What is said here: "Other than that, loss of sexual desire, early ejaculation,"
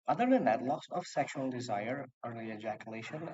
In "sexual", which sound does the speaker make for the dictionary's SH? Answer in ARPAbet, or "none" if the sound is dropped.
SH